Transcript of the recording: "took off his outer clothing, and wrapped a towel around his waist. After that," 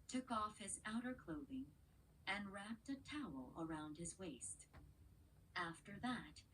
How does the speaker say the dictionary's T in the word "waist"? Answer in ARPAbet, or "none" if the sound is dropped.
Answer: T